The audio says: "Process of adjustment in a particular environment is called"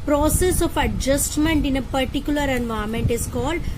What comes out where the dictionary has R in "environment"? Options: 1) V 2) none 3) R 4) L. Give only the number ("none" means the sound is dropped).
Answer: 2